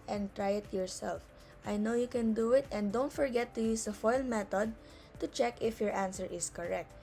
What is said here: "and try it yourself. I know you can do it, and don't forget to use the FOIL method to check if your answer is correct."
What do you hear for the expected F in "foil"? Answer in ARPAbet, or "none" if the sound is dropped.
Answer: F